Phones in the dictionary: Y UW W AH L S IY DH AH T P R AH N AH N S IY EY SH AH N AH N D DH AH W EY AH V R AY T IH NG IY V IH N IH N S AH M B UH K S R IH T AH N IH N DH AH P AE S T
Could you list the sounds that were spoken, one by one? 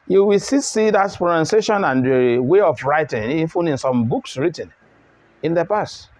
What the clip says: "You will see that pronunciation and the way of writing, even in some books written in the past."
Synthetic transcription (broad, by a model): Y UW W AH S S IY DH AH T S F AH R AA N S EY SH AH N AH N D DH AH W EY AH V R AY T IH NG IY F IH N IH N S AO M B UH K S R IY T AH N IH N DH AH P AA S T